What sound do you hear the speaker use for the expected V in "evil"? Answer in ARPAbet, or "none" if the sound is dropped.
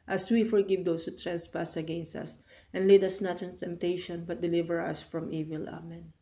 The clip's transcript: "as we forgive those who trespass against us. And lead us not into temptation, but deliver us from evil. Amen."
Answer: V